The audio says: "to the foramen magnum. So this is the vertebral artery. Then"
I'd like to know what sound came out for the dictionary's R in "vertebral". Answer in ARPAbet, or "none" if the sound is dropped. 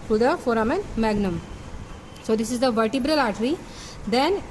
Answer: R